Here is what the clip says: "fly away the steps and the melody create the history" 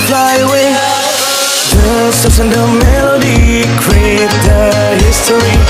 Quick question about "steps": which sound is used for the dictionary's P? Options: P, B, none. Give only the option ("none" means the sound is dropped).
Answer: none